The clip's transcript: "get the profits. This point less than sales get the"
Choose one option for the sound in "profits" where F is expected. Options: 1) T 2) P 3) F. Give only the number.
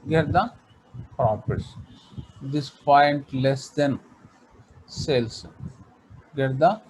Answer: 2